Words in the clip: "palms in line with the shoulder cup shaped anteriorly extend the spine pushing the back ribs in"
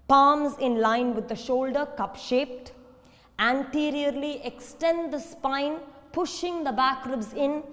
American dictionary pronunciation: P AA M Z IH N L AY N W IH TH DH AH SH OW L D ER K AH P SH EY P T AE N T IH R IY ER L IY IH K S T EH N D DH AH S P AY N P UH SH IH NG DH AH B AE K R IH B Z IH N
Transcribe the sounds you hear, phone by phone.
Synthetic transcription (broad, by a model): P AA M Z IH N L AY N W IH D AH SH OW L D ER K AH P SH EY P T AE N T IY R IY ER L IY IH K S T EH N D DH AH S P AY N P UH SH IH NG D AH B AE K R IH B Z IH N